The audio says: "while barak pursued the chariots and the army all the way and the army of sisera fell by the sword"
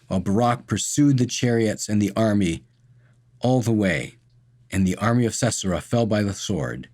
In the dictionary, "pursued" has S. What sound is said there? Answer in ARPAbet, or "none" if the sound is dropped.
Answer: S